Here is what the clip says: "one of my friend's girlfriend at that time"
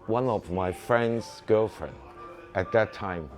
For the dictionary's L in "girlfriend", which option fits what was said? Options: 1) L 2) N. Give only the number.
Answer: 1